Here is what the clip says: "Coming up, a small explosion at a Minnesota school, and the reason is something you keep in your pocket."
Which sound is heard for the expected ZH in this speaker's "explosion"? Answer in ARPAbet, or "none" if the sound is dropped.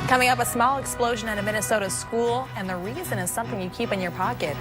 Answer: ZH